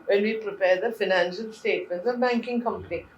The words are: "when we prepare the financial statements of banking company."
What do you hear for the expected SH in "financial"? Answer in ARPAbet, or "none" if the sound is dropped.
SH